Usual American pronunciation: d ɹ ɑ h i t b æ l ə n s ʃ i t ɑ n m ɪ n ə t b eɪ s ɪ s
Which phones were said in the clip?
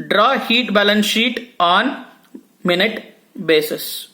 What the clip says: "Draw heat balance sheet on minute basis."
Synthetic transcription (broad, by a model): d ɹ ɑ h i t b æ l ə n s ʃ i t ɑ n m ɪ n ə t b eɪ s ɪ s